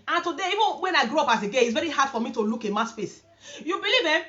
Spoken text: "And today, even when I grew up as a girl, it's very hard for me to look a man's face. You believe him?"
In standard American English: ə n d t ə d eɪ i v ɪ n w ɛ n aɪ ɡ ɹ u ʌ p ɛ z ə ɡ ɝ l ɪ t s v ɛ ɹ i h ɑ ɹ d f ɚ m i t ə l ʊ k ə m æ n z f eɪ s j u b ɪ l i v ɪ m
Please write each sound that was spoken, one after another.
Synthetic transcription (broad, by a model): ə n t ə d eɪ i v ɪ n w ɛ n aɪ ɡ ɹ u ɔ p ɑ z ə ɡ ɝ n ɪ t s v ɛ ɹ i h ɑ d f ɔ m i t ə l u k ə m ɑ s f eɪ s j u b ɪ l i v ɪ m